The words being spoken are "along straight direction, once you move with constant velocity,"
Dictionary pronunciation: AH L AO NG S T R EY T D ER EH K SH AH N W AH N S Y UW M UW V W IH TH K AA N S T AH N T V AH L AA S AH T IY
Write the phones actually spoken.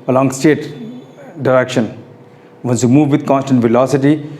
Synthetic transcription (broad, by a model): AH L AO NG S T EY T D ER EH K SH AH N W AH N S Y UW M UW V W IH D K AA N S T AH N T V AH L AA S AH T IY